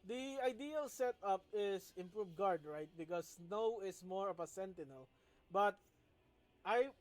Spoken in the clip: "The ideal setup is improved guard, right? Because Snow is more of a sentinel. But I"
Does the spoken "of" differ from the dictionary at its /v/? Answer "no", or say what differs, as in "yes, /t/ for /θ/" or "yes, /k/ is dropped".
yes, /p/ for /v/